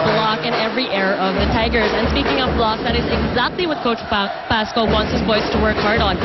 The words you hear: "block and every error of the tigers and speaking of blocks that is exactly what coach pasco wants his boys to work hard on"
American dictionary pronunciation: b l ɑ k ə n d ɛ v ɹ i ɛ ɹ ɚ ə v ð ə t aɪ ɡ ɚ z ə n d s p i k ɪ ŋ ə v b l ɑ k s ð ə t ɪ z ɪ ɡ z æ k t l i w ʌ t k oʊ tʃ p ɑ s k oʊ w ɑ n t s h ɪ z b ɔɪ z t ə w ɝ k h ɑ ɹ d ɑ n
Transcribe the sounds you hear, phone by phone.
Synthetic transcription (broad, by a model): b l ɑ k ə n ɛ v ɹ i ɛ ɹ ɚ ə v ð ə t aɪ ɡ ɚ z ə n s p i k ɪ ŋ ə v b l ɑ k ð ə t ɪ z ɪ ɡ z æ k t l i w ʌ t k oʊ tʃ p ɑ s k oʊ w ɑ n t s h ɪ z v ɔɪ s t ə w ɝ k h ɑ ɹ d n